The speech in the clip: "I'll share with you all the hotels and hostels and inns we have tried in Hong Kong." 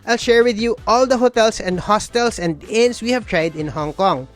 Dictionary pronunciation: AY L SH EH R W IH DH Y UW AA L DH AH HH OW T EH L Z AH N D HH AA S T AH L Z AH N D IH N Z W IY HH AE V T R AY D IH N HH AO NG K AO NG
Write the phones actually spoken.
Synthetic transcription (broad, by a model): AY L SH EH R W IH DH Y UW AA L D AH HH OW T EH L S AH N D HH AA S T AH L S AH N D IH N S W IY HH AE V T R AY D IH N HH AO NG K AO NG